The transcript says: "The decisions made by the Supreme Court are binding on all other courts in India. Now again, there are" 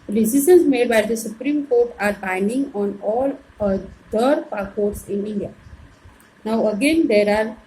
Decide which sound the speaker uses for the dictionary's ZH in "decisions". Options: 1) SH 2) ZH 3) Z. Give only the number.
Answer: 1